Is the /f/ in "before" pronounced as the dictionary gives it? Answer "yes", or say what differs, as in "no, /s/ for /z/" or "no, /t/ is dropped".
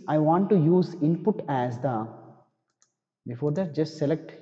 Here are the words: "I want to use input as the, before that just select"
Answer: yes